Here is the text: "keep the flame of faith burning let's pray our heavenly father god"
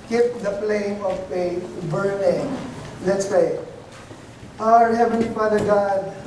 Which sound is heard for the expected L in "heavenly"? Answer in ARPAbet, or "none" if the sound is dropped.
none